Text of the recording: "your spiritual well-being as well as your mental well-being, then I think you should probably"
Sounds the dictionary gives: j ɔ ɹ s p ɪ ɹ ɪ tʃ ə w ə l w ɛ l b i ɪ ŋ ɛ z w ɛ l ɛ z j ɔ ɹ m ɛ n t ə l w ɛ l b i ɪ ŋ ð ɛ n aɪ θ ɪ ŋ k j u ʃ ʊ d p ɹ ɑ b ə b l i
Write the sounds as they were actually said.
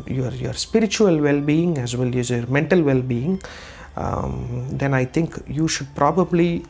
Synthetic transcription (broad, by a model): j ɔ ɹ s p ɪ ɹ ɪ tʃ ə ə l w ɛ l b i ɪ ŋ ɛ z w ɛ l ɛ z j ɔ ɹ m ɛ n t ə l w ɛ l b i ɪ ŋ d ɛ n aɪ t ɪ ŋ k j u ʃ ʊ d p ɹ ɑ b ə b l i